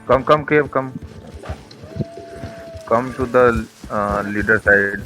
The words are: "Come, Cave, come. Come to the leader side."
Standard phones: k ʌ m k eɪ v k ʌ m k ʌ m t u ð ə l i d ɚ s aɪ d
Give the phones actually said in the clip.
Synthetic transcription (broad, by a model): k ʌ m k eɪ b k ʌ m k ʌ m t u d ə l i d ɚ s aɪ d